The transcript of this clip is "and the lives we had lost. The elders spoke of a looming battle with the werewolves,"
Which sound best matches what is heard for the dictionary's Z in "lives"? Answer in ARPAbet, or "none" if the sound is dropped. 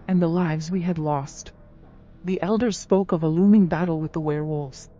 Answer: Z